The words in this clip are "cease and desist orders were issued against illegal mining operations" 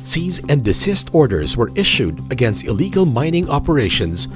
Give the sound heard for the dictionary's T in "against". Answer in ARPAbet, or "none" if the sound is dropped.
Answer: T